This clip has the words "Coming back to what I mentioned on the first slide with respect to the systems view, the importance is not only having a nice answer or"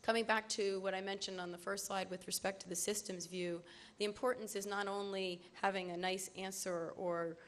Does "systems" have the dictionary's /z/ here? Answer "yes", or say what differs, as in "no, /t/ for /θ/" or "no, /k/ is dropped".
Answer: yes